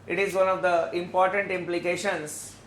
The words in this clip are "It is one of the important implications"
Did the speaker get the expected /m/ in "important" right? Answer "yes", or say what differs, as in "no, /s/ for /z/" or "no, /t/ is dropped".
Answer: yes